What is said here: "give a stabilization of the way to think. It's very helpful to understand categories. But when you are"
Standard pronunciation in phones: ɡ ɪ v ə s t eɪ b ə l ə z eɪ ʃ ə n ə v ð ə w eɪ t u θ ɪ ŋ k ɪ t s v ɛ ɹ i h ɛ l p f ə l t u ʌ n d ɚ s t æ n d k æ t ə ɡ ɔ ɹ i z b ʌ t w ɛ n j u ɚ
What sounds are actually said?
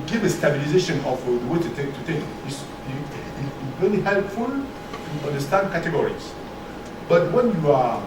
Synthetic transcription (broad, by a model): ɡ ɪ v ə s t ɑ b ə l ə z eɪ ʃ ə n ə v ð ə w eɪ t u t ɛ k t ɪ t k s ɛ l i h ɛ l p f ə l t u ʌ n d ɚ s t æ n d k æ t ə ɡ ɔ ɹ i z b ʌ t w ɛ n j u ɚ